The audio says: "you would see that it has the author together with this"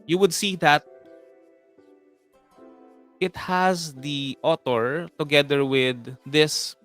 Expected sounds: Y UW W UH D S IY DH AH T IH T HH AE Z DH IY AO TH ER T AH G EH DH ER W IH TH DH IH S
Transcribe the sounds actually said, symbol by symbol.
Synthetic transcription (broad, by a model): Y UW W UH D S IY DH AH T IH T HH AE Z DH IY AO T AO T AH G EH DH ER W IH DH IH S